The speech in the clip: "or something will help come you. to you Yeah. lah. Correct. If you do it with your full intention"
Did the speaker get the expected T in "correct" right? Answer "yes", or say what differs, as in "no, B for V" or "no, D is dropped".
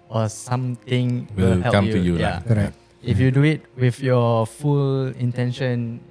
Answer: no, T is dropped